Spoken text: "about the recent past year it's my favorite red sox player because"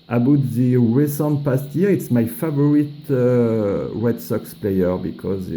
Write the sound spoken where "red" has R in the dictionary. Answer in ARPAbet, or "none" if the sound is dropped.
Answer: W